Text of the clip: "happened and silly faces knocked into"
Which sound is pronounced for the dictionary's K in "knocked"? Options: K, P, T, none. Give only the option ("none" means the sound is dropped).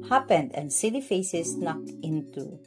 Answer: K